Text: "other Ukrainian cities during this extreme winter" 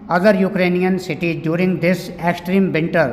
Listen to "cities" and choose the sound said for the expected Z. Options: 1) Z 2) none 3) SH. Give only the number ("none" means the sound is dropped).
2